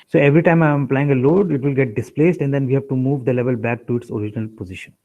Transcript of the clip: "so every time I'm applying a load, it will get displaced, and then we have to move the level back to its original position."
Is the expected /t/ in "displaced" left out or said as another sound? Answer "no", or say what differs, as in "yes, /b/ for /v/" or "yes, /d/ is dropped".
no